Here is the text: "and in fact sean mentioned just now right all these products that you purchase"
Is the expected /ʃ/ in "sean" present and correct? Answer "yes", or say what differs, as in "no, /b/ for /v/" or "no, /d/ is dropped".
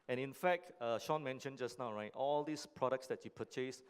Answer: yes